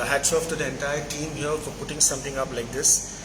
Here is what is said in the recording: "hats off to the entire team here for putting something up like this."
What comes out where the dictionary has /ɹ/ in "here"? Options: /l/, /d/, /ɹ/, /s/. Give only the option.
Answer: /l/